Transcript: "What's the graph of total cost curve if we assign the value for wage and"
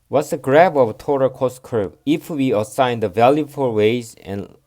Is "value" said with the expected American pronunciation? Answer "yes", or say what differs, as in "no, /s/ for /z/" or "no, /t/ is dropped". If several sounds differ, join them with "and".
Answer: yes